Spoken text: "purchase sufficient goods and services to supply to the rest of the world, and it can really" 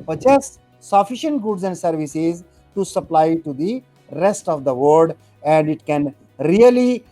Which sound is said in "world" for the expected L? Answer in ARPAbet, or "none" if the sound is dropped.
none